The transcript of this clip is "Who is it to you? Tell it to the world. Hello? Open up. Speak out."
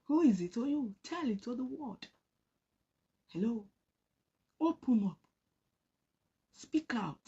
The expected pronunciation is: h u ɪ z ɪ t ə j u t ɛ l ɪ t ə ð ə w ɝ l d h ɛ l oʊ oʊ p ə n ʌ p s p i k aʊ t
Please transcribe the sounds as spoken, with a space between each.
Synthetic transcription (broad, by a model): h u ɪ z ɪ t ə j u t ɛ l ɪ t ə ð ə w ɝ d h ɛ l oʊ oʊ p ə n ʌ p s p i k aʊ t